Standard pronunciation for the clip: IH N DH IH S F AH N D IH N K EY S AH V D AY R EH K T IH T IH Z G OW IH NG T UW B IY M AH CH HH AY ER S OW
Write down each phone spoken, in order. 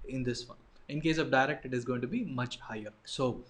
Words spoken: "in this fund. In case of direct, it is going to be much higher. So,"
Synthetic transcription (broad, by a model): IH N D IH S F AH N IH N K EY S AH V D AY R EH K T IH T IH Z G OW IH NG T UW B IY M AH CH HH AY ER S OW